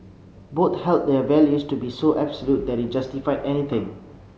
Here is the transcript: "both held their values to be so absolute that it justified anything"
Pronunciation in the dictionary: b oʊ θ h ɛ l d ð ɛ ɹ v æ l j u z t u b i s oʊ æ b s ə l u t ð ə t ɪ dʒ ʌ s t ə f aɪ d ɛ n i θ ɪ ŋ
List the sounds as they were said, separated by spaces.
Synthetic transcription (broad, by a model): b oʊ t h ɛ l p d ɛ v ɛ l j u s t u b i s oʊ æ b s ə l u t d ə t ɪ dʒ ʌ s t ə f aɪ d ɛ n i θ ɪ ŋ